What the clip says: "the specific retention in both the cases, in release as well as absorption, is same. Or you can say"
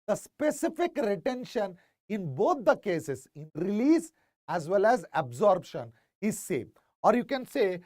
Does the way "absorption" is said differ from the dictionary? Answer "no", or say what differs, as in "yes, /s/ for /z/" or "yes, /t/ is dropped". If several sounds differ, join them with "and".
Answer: yes, /b/ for /p/